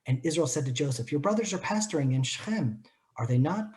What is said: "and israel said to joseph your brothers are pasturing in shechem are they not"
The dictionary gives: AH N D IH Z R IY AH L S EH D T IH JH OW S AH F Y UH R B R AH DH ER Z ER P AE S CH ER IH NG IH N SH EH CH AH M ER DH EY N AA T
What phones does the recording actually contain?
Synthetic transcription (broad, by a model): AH N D IH Z R IY AH L S EH D T IH JH OW S AH F Y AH R B R AH DH ER Z ER P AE S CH ER IH NG IH N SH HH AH M ER DH EY N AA T